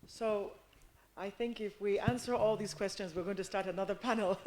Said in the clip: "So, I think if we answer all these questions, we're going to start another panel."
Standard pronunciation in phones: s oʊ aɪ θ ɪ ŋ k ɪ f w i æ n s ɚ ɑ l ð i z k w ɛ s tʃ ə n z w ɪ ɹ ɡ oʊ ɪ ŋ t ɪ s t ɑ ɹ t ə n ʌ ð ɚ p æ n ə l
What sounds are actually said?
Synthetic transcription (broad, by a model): s oʊ aɪ θ ɪ ŋ k ɪ f w i æ n s ɚ ɑ l ð i z k w ɛ s tʃ ə n z w ɪ ɹ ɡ oʊ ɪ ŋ t ɪ s t ɑ ɹ t ə n ʌ ð ɚ p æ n l